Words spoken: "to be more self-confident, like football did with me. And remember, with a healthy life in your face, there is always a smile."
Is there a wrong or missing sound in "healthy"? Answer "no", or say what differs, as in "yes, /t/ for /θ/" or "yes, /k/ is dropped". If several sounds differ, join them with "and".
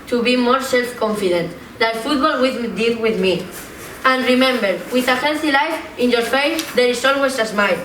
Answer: yes, /n/ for /l/